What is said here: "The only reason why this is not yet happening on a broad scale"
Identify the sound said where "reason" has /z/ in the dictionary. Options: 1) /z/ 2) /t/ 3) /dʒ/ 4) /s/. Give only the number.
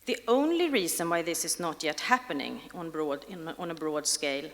4